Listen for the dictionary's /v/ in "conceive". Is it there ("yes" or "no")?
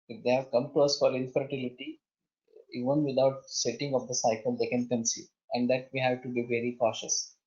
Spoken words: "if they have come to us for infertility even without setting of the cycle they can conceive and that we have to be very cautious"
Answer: no